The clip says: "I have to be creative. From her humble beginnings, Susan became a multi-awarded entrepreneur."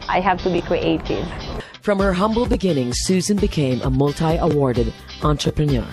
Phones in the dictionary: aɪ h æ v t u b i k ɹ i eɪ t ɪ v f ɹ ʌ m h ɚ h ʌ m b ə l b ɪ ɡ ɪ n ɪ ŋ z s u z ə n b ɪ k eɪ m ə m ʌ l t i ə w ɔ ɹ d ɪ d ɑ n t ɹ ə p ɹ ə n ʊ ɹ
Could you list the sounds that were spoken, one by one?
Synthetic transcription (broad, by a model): aɪ h æ v t u b i k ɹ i eɪ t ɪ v f ɹ ʌ m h ɚ h ʌ m b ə l b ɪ ɡ ɪ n ɪ ŋ s u z ə n b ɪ k eɪ m ə m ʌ l t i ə w ɔ ɹ d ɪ d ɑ n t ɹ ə p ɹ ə n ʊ ɹ